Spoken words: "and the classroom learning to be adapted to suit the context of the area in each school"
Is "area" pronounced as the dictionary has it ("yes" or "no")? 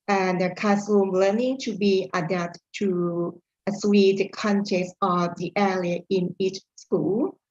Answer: no